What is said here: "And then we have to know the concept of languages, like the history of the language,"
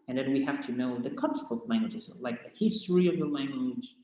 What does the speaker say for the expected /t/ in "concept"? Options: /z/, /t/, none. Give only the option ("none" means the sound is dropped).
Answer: none